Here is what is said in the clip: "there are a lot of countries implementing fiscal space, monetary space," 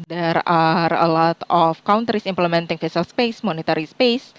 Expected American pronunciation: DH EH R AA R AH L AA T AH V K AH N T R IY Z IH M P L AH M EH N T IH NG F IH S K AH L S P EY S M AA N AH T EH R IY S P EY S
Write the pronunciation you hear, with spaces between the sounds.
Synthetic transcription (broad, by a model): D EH R AA R AH L AA T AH F K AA N T R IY S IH M P L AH M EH N T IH NG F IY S AH L S P EY S M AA N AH T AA R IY S P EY S